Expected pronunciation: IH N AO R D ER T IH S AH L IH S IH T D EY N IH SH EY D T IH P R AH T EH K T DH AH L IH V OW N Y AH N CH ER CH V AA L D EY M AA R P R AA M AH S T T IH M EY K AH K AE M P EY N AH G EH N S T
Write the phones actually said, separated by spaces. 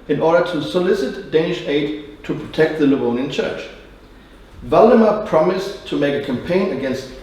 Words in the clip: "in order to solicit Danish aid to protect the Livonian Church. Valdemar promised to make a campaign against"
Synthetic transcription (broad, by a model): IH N AO R D ER T IH S AH L IH S IH T D EY N IH SH EY D T IH P R AH T EH K T DH AH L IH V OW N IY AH N CH ER CH V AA L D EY M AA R P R AA M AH S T T IH M EY K AH K AE M P EY N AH G EH N S T